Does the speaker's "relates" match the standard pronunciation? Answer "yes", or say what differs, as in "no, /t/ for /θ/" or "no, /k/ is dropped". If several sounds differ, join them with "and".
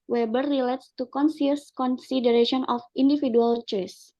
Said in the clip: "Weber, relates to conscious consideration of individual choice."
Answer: yes